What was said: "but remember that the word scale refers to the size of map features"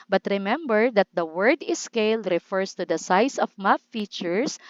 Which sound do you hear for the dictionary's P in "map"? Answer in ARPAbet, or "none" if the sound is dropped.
F